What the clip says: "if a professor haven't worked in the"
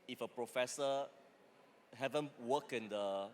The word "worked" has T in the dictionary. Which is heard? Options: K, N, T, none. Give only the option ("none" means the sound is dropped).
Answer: none